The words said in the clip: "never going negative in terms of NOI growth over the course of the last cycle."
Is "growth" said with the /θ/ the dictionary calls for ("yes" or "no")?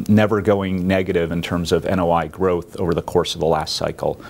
yes